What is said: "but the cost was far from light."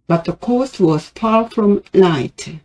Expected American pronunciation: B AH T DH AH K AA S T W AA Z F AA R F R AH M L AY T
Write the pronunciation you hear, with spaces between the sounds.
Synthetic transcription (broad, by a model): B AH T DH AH K AA S T W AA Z P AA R F R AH M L AY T